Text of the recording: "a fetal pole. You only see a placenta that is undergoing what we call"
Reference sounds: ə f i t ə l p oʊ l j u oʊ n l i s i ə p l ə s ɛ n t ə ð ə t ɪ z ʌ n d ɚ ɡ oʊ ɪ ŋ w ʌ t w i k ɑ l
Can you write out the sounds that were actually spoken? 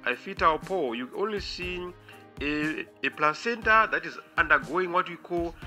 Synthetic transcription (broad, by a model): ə f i t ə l p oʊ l j u oʊ n l i s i ə p l ə s ɛ n t ə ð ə t ɪ z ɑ n d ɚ ɡ oʊ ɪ ŋ w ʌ t w i k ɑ l